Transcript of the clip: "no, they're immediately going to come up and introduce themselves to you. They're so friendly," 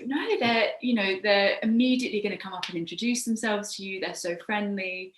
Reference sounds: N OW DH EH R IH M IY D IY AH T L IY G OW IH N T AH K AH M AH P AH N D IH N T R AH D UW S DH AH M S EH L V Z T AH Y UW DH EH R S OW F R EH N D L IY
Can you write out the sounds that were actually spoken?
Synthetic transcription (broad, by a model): N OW DH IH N IH M IY D IY AH T L IY G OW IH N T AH K AH M AH P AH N IH N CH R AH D UW S DH AH M S EH L V Z T AH Y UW DH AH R S OW F R EH N D L IY